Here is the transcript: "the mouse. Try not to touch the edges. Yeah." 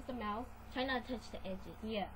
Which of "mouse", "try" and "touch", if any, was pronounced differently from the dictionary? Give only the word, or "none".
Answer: mouse